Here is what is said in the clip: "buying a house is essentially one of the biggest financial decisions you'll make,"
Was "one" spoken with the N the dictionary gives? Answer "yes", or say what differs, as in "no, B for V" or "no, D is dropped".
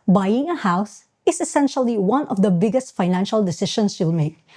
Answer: yes